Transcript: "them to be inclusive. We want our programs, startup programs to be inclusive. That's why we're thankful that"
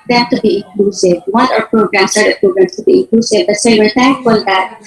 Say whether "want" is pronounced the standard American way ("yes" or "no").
no